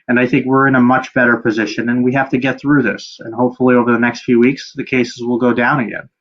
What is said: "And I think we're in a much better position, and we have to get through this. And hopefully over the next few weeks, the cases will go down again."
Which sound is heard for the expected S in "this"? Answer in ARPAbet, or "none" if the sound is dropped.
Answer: S